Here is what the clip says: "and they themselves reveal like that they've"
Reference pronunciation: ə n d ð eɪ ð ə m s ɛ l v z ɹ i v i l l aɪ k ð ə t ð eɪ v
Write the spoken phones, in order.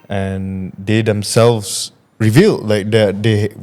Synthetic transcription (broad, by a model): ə n d eɪ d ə m s ɛ l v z ɹ i v i l l aɪ k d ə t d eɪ